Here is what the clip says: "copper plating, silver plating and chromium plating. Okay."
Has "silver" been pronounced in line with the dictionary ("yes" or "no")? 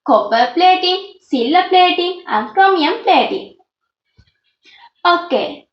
no